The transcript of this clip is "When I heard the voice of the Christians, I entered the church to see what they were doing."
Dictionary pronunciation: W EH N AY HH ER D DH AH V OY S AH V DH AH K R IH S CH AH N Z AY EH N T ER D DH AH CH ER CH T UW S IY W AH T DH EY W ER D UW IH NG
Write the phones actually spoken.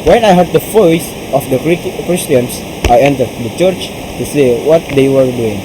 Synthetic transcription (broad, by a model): W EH N AY HH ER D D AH F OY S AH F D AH K R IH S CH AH N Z AY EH N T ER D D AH CH ER CH T UW S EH W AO T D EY W ER D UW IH NG